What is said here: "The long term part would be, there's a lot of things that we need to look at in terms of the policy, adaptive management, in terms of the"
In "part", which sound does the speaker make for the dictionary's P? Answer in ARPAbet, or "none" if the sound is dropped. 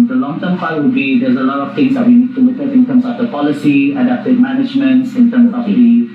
F